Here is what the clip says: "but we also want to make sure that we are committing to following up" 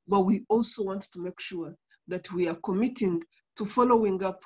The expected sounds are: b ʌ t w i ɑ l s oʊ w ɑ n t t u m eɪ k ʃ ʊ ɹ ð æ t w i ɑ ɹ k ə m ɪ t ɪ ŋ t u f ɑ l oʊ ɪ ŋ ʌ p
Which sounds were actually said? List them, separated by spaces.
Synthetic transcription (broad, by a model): b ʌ t w i ɑ l s oʊ w ɑ n t t u m eɪ k ʃ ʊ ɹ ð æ t w i ɑ ɹ k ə m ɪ t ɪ ŋ t u f ɑ l oʊ ɪ ŋ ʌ p